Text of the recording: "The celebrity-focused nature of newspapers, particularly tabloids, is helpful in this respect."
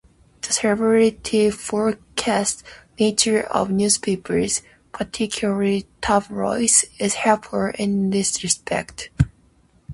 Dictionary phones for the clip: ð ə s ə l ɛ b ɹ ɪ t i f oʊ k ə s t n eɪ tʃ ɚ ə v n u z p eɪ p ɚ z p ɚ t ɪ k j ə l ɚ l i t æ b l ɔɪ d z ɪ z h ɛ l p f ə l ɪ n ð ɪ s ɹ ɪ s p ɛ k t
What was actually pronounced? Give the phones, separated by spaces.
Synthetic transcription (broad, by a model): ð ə s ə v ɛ ɹ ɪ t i f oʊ k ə s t n eɪ tʃ ɚ ə v n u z p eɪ p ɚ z p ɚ t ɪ k j l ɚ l i t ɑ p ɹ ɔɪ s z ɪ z h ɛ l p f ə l ɪ n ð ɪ s ɹ ɪ s p ɛ k t